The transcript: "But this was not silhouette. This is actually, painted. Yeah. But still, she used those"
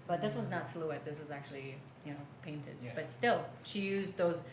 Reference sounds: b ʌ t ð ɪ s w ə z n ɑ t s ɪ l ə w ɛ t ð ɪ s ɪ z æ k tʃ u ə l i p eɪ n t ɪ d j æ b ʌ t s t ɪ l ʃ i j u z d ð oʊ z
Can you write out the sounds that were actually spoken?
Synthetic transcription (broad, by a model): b ʌ t ð ɪ s w ə z n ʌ t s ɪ l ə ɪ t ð ɪ s ɪ z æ k tʃ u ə n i p eɪ n t ɪ d b ʌ t s t ɪ l ʃ i j u z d ð oʊ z